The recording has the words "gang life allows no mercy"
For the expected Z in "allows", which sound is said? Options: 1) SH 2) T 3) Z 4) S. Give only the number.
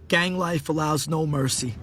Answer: 3